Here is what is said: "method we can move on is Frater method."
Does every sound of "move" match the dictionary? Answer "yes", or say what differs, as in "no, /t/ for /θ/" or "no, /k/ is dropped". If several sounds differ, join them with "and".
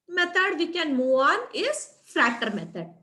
no, /v/ is dropped